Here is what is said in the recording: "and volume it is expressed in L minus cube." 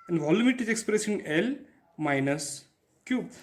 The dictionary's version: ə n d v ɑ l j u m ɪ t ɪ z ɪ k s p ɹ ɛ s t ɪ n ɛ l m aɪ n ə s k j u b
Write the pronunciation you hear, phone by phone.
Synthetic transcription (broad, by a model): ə n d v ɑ l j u m ɪ t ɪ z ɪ k s p ɹ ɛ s ɪ n ɛ l m aɪ n ə s k j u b